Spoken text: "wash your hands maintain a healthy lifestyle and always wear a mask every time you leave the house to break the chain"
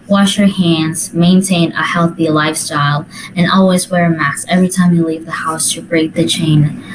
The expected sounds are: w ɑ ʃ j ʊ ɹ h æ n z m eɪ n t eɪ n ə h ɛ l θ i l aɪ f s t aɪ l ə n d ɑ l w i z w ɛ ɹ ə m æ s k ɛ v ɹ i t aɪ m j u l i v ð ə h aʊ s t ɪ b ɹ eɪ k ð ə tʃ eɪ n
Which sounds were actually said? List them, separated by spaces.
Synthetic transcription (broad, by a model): w ɑ ʃ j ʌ ɹ h æ n z m eɪ n t eɪ n ə h ɛ l θ i l aɪ f s t aɪ l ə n ɑ l w i z w ɛ ɹ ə m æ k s ɛ v ɹ i t aɪ m j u l i v ð ə h aʊ s t ɪ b ɹ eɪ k ð ə tʃ eɪ n